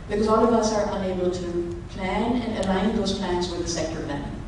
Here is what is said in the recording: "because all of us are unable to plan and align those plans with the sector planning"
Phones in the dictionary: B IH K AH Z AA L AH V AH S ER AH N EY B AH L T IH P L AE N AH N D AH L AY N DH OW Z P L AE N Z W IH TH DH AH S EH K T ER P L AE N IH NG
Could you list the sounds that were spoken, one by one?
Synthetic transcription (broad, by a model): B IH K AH Z AA L AH V AH S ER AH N EY B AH L T IH P L AE N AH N AH L AY N DH OW Z P L AE N Z W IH DH AH S EH K T ER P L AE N